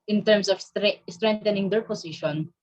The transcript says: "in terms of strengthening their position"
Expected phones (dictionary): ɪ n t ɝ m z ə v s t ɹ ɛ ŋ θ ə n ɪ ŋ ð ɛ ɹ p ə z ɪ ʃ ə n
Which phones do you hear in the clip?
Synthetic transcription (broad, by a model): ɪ n t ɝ m s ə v s t ɹ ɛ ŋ t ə n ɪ ŋ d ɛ ɹ p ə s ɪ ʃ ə n